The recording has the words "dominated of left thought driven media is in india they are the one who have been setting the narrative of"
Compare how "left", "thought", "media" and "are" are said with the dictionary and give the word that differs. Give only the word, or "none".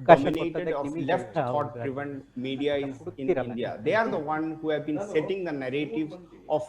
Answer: thought